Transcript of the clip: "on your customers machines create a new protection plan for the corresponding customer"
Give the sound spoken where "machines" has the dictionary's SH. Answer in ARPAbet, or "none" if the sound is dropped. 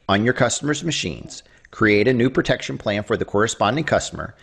SH